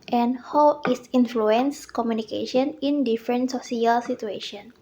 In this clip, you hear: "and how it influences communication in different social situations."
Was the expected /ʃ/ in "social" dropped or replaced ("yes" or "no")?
yes